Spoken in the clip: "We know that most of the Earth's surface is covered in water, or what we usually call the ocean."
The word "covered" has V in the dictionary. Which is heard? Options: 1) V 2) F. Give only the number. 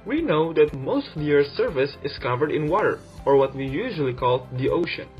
1